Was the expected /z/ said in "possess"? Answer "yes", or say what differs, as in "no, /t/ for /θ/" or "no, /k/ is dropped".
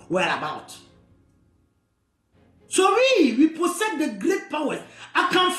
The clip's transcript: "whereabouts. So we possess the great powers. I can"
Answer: no, /s/ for /z/